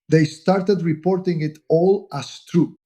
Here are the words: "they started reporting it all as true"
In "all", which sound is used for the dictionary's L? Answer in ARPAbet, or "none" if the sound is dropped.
L